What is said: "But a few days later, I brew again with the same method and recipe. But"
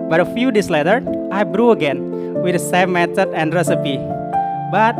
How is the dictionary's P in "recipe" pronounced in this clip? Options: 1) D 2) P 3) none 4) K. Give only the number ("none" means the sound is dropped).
2